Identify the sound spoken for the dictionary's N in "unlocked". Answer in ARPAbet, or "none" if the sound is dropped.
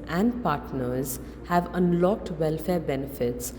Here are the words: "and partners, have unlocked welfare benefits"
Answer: N